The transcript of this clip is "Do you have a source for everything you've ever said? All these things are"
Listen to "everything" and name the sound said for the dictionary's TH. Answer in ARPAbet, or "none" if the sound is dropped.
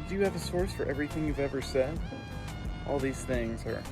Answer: TH